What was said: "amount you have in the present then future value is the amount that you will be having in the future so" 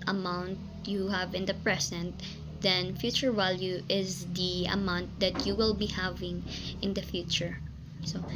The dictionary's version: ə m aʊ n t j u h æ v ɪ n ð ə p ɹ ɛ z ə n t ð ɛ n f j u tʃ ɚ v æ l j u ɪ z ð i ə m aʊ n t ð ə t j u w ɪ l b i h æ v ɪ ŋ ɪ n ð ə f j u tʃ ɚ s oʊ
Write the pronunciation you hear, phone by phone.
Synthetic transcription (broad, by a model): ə m aʊ n t j u h æ v ɪ n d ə p ɹ ɛ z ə n t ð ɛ n f j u tʃ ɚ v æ l j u ɪ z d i ə m aʊ n t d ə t j u w ɪ l b i h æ v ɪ ŋ ɪ n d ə f j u tʃ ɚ s oʊ